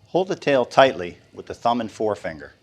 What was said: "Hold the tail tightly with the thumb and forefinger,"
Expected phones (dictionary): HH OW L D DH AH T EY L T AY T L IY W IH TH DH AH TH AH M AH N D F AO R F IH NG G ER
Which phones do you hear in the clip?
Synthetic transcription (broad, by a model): HH OW L D DH AH T EY L T AY T L IY W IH DH AH TH AH M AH N F AO R F IH NG G ER